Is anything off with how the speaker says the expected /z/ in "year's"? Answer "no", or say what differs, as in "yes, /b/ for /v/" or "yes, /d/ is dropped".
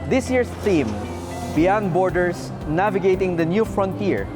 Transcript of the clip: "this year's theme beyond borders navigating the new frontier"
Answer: yes, /s/ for /z/